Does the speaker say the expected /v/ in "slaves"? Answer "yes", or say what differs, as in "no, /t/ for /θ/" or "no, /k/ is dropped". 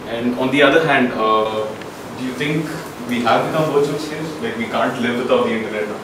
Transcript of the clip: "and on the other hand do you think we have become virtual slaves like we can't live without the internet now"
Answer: no, /v/ is dropped